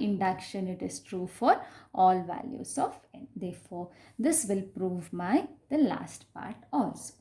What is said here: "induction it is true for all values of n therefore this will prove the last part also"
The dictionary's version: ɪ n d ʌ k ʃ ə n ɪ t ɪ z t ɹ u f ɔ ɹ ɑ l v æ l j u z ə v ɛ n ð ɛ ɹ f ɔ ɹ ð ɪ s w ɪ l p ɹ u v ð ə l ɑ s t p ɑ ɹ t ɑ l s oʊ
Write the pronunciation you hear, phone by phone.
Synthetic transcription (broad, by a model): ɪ n d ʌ k ʃ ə n ɪ t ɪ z t ɹ u f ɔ ɹ ɑ l v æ l j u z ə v ɛ n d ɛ ɹ f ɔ ɹ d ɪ s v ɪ l p ɹ u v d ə l ɑ s t p ɑ ɹ t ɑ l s